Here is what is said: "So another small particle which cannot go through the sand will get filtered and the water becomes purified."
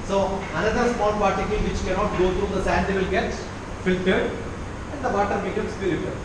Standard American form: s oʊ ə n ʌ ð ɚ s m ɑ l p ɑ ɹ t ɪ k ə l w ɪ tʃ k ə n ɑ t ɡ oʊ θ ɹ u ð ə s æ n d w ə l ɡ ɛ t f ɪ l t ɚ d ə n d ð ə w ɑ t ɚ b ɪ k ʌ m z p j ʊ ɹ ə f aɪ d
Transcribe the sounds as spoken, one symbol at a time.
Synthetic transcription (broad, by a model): s oʊ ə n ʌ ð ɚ s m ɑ n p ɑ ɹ t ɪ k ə l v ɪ tʃ k ə n ɑ t ɡ oʊ t ɹ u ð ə s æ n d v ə l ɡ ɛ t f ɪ l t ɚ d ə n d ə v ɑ t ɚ b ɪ k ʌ m s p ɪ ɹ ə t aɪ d